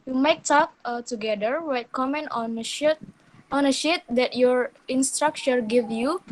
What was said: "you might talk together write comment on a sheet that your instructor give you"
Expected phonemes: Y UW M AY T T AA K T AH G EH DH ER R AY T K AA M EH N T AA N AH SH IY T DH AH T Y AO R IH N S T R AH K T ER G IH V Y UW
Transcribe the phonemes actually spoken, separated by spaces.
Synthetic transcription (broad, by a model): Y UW M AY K T AA K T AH G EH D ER W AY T K AA M EH N T AA N AH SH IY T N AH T Y AO R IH N S T R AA K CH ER G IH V Y UW